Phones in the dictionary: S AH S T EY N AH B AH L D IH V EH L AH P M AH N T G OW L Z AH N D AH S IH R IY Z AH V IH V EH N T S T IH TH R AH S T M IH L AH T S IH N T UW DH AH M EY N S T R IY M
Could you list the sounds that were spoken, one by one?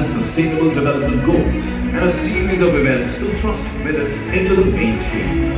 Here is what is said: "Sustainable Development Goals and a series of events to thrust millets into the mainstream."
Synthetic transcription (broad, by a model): S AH S T EY N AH B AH L D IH V EH L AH P M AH N G OW L Z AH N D AH S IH R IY Z AH V IH V EH N T S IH T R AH S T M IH N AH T S IH N T UW DH AH M EY N S T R IY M